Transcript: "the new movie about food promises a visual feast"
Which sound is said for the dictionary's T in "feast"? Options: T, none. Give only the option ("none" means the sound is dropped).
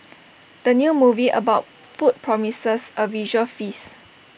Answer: none